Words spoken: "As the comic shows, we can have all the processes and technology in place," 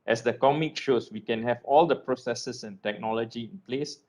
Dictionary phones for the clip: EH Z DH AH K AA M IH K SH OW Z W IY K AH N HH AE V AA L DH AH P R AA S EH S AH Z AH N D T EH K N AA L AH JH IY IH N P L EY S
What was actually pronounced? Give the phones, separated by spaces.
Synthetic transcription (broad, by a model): EH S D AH K AA M IH K SH OW S W IY K AH N HH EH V AA L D AH P R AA S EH S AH S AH N T EH K N AA L AH JH IY IH N P L EY S